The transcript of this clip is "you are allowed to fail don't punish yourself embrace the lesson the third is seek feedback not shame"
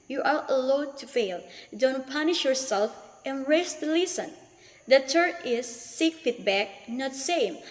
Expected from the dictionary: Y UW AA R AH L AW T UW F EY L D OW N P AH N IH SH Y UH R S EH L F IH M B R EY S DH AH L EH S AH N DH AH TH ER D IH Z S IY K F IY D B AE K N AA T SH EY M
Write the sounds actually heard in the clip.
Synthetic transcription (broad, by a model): Y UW AA R AH L AW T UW F EY L D OW N P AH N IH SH Y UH R S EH L F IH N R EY S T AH L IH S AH N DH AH T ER IH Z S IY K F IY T B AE K N AA T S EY M